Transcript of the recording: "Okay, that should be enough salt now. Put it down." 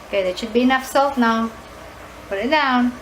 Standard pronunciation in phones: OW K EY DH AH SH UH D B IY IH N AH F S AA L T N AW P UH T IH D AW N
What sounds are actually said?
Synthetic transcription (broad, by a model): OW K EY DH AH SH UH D B IY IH N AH F S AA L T N AW B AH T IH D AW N